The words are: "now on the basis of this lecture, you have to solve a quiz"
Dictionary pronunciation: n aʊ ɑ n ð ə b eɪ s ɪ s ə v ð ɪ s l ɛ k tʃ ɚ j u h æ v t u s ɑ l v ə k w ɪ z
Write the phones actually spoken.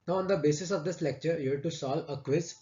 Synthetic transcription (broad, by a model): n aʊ ɑ n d ə b eɪ s ɪ s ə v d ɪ s l ɛ k tʃ ɚ j u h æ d t u s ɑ l ə k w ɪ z